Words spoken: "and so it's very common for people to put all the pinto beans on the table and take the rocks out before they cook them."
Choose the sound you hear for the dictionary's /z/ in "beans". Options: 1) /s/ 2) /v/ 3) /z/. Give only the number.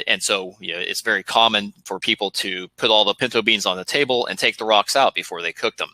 3